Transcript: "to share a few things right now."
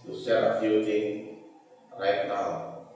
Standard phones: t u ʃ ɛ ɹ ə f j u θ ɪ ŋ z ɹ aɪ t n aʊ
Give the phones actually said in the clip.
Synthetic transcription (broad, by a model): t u s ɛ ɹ ə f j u t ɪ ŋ ɹ aɪ t n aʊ